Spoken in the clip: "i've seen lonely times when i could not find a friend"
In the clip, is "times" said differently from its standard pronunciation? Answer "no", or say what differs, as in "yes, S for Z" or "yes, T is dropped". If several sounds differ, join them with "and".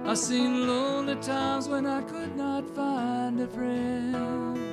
no